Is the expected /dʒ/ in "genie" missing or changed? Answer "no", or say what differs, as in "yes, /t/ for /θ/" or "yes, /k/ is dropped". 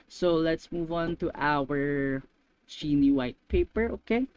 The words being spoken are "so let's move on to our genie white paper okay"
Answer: yes, /tʃ/ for /dʒ/